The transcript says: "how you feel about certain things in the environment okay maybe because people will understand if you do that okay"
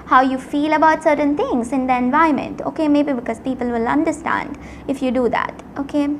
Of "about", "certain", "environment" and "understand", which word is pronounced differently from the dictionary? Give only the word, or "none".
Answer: environment